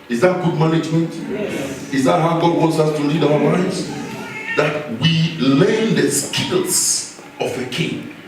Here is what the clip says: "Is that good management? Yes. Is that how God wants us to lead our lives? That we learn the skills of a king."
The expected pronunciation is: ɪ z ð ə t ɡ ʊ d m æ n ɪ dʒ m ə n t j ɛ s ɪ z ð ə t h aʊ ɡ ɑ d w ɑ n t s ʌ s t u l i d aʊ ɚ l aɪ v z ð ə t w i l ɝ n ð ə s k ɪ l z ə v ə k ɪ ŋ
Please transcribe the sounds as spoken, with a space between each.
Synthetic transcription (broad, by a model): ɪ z ð ə t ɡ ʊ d m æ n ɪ dʒ m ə n t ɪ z ð ə t h aʊ ɡ ɑ d w ɑ n t s ʌ s t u l i d aʊ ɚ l aɪ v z ð ə t w i l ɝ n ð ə s k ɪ l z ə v ə k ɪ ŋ